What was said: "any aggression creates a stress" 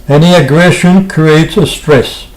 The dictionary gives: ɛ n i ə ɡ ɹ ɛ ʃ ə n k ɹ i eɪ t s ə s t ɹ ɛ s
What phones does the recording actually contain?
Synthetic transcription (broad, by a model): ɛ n i ə ɡ ɹ ɛ ʃ ə n k ɹ i eɪ t s ə s t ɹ ɛ s